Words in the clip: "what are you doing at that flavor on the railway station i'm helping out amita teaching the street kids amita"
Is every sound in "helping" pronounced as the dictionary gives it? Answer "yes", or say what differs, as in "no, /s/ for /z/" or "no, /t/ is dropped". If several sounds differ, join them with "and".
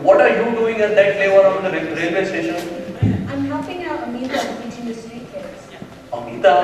no, /l/ is dropped